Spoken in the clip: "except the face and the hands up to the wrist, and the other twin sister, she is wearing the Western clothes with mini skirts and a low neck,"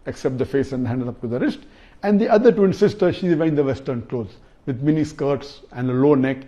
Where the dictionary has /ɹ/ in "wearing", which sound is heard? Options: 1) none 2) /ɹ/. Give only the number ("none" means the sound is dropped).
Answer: 1